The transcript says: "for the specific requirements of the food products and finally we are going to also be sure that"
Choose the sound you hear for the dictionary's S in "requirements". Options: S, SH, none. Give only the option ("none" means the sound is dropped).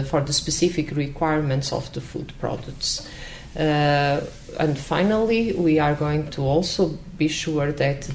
S